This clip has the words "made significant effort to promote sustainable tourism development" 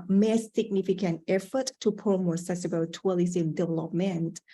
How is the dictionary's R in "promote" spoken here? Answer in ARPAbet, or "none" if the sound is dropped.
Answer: none